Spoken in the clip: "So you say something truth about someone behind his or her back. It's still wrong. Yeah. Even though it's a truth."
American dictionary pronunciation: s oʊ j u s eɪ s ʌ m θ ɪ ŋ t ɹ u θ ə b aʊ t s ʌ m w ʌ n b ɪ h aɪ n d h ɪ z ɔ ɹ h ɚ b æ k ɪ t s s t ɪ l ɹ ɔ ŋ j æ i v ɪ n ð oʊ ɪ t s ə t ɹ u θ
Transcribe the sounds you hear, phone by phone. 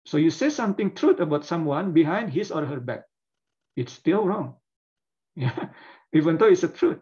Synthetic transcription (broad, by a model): s oʊ j u s eɪ s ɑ m t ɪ ŋ t ɹ u t ə b aʊ t s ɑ m w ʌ n b ɪ h aɪ n d h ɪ s ɔ ɹ h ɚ b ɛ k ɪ t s s t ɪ l ɹ ɔ ŋ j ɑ i v ɪ n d oʊ ɪ t s ə t ɹ u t